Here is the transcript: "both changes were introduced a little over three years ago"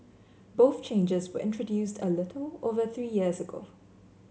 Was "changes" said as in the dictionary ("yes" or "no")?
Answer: yes